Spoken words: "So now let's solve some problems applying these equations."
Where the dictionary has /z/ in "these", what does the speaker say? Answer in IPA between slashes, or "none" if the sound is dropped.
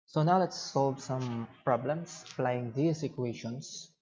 /s/